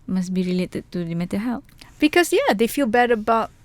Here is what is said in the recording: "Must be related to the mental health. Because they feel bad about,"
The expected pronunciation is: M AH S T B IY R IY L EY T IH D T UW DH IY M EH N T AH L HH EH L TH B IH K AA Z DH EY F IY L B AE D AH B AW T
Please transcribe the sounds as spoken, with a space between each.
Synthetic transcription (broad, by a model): M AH S B IY R IY L EY T IH D T UW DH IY M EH T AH HH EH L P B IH K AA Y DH EY F IY L B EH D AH B AW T